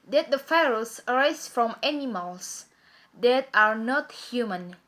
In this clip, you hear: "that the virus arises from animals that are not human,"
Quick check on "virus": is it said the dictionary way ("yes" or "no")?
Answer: no